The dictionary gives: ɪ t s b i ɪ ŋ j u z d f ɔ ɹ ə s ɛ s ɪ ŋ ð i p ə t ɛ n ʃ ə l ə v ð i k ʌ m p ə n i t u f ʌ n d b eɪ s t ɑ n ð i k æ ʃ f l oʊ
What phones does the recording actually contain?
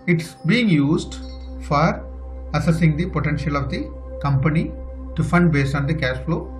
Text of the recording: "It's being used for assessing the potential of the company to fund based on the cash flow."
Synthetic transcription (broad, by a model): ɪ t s b i ɪ ŋ j u z d f ɔ ɹ ə s ɛ s ɪ ŋ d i p ə t ɛ n ʃ ə l ə v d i k ʌ m p ə n i t u f ʌ n d b eɪ s t ɑ n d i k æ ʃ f l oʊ